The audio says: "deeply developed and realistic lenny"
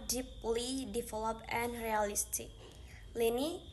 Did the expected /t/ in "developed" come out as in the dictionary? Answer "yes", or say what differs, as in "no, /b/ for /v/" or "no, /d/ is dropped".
no, /t/ is dropped